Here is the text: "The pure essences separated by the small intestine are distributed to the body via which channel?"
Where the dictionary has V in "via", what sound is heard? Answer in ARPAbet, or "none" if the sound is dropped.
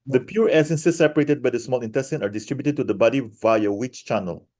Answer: V